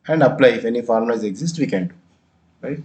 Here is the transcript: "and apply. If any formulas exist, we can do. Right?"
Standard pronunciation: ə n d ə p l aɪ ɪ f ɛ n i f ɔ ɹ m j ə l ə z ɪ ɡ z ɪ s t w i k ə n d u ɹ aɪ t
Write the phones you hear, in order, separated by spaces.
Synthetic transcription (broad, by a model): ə n d ə p l aɪ ɪ f ɛ n i f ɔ ɹ m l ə ə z ɪ ɡ z ɪ s t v i k ə n d u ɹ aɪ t